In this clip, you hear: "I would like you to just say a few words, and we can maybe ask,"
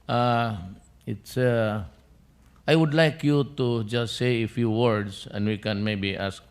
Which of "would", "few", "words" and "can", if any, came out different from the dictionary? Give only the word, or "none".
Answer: words